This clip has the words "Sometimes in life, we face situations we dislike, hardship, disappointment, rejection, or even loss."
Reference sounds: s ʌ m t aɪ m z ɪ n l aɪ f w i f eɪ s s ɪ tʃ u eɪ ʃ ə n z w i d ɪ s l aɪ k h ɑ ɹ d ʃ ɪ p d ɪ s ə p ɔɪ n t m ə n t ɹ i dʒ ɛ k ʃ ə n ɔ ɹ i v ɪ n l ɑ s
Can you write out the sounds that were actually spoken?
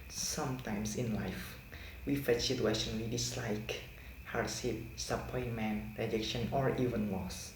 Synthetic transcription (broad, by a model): s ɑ m t aɪ m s ɪ n l aɪ f w i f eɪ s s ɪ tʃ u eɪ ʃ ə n w i d ɪ s l aɪ k h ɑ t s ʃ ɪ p s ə p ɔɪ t m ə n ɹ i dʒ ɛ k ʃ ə n ɔ ɹ i v ɪ n l ɑ s